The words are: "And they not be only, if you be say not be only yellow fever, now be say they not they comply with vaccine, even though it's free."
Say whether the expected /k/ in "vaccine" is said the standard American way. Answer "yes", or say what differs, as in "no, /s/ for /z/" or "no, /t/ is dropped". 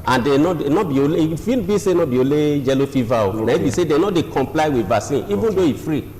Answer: no, /k/ is dropped